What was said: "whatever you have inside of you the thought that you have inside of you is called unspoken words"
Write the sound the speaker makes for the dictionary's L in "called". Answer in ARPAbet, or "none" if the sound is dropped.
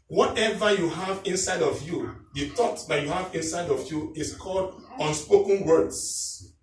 L